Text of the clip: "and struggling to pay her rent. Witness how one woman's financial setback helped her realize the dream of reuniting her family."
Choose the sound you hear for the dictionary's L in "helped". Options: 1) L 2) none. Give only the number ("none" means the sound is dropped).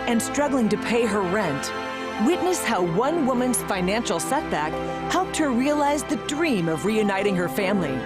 1